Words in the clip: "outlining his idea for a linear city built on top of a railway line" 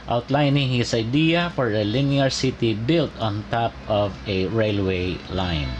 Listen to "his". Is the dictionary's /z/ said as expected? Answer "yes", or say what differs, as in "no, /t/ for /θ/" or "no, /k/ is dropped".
no, /s/ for /z/